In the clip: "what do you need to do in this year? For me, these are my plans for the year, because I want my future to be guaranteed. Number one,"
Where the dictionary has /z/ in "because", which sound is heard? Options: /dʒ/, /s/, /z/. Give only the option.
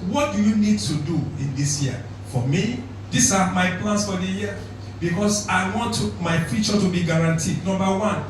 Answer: /s/